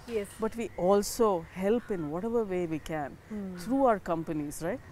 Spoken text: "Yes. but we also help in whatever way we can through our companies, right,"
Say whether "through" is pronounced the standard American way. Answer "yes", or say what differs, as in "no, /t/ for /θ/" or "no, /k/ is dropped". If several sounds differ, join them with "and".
no, /t/ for /θ/